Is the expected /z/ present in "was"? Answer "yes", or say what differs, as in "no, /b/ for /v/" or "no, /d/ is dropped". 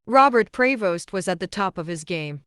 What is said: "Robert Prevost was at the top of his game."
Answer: yes